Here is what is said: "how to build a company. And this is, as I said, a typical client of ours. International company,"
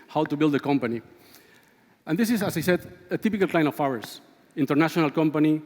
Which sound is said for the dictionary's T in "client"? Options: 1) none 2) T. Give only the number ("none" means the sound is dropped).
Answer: 1